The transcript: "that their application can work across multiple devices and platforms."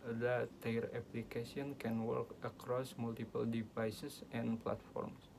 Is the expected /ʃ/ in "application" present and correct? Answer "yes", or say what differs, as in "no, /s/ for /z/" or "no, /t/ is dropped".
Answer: no, /s/ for /ʃ/